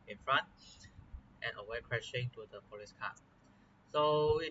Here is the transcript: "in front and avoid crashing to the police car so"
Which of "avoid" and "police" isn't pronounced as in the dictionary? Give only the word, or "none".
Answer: avoid